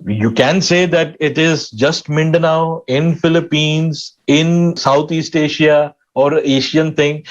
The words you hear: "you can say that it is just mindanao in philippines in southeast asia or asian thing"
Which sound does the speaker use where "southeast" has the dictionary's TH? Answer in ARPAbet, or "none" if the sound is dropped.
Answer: T